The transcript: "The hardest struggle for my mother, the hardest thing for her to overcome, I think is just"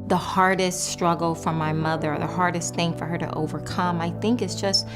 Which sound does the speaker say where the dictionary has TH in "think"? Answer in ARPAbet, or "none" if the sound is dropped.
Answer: TH